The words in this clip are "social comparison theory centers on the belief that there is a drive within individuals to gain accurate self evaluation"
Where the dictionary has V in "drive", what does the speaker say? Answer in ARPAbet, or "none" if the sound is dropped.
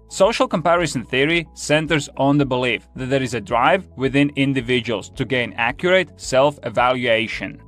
V